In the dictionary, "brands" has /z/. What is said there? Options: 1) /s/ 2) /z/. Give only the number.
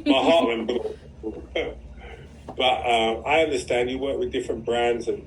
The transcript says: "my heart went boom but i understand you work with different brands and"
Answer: 2